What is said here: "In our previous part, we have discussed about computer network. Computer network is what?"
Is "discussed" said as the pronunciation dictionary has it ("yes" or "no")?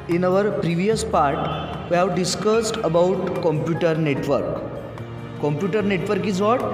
yes